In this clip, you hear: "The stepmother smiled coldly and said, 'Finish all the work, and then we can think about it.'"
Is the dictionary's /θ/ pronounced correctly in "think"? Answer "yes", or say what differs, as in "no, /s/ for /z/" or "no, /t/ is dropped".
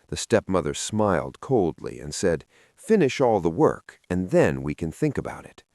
yes